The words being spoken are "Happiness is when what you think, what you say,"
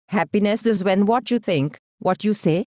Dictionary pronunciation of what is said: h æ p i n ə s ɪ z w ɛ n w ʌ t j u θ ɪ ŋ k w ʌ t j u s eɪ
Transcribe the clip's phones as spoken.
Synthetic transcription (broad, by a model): h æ p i n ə s ɪ z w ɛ n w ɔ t j u t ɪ ŋ k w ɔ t j u s eɪ